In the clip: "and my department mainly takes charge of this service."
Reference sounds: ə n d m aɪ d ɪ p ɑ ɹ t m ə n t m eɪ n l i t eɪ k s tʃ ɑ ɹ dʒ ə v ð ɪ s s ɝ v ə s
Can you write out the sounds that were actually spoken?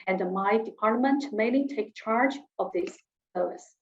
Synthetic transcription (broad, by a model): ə n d m aɪ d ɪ p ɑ ɹ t m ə n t m eɪ n l i t eɪ k tʃ ɑ ɹ dʒ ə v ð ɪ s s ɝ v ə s